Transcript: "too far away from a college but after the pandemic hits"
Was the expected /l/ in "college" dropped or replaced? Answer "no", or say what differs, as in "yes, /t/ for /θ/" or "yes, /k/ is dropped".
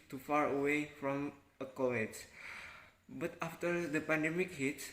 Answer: yes, /w/ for /l/